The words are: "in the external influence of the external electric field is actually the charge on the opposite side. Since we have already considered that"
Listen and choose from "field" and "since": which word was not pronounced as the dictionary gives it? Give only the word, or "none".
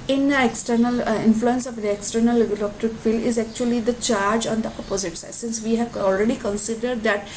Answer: field